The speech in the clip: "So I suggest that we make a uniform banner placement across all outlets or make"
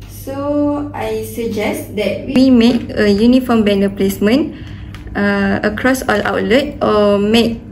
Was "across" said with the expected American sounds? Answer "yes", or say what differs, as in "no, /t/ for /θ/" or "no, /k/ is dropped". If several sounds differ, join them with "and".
yes